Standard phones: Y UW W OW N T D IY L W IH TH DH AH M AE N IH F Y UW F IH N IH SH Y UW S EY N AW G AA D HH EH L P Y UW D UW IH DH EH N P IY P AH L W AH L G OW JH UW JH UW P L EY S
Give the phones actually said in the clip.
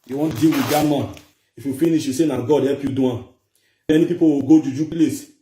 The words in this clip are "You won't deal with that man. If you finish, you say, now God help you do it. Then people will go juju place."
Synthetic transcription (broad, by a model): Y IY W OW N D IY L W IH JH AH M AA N IH F Y UW F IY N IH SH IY S EY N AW G AA D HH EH P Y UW D UW IH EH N P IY P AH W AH G OW JH UW JH UW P L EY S